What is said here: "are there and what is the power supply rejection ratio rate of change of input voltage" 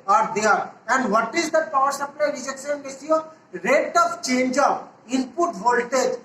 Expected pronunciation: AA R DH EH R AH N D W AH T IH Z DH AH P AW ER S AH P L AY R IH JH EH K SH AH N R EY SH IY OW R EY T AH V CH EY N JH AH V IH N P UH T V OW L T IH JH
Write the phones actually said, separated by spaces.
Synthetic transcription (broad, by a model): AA R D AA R AH N D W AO T IH Z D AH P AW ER S AH P L AY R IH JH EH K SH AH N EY S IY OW R EY T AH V CH EY N JH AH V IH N P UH T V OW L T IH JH